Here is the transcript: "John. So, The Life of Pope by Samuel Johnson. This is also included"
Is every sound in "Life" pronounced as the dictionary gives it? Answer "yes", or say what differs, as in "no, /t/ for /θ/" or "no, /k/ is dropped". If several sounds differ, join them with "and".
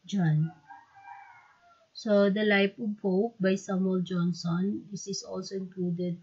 no, /p/ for /f/